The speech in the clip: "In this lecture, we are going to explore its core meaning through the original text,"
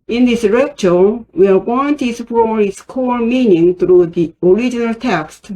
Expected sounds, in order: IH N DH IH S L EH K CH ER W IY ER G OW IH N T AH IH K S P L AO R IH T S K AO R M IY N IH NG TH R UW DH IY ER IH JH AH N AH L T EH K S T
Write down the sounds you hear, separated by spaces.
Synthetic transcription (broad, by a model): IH N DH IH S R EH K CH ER W IY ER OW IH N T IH S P AO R IH T S K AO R M IY N IH NG TH R UW DH IY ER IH JH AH N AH L T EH K S T